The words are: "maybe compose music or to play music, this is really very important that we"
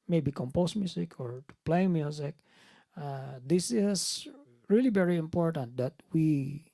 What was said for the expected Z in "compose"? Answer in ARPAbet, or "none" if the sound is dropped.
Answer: S